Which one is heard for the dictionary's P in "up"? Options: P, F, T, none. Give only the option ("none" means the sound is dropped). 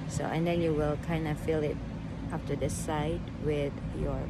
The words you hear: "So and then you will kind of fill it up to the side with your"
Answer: F